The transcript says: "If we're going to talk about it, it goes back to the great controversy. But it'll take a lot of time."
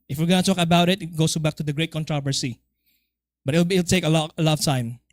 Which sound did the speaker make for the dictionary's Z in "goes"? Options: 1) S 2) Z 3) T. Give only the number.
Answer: 1